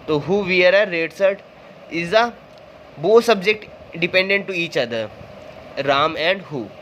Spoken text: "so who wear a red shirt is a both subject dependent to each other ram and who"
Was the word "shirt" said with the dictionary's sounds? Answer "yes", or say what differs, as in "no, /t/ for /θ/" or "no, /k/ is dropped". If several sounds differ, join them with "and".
no, /s/ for /ʃ/